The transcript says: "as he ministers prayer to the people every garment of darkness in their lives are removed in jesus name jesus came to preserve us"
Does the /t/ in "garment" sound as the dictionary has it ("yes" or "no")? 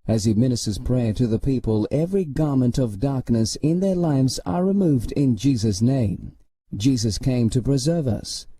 yes